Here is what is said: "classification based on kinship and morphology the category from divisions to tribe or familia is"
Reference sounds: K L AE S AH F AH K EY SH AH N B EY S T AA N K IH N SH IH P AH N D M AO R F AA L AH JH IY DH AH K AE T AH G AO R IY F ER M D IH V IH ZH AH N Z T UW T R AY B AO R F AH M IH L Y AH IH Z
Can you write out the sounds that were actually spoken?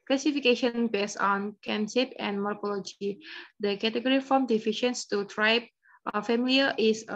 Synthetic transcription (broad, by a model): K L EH S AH F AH K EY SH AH N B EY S AA N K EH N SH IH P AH N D M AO R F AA L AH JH IY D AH K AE T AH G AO R IY F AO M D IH F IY SH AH N S T UW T R AY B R F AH M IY L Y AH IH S